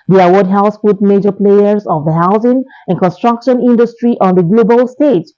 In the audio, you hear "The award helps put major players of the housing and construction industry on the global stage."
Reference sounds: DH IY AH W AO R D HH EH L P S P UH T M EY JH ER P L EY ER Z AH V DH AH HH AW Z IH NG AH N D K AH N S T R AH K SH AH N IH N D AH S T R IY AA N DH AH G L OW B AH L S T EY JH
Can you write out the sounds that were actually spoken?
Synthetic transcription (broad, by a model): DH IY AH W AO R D HH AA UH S F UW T M EY JH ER P L EY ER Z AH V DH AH HH AW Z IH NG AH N K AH N S T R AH K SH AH N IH N D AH S T R IY AA N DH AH G L OW B AH L S T EY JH